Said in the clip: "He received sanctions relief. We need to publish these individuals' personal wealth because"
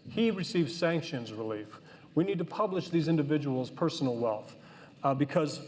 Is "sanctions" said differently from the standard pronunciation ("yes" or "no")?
no